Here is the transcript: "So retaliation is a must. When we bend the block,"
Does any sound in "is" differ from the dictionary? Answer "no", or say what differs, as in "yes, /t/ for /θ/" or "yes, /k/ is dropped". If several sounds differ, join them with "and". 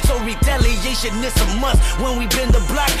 yes, /s/ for /z/